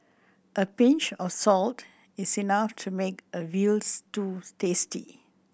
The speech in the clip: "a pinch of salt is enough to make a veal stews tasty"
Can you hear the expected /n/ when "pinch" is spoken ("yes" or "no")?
yes